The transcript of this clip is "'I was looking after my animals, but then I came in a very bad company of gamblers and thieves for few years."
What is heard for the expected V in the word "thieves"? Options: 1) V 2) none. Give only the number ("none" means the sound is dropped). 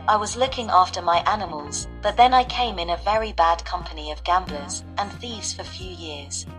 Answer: 1